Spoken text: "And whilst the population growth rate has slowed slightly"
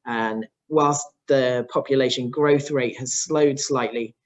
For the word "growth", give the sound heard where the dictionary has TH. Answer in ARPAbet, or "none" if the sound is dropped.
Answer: TH